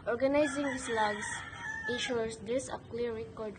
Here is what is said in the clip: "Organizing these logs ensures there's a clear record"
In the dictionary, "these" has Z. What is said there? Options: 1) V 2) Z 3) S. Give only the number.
3